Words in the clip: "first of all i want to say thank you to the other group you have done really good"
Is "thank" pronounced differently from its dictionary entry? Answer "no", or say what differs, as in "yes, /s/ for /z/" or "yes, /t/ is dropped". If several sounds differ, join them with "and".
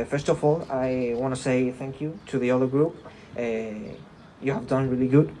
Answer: no